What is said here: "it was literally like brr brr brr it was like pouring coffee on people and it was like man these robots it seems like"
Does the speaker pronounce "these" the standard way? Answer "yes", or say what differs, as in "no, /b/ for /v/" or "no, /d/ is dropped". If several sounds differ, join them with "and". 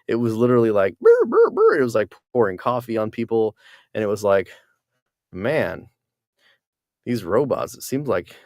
yes